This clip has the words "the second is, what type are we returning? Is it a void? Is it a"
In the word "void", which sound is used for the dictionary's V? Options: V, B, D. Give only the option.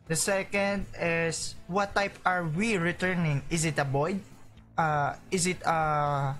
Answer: B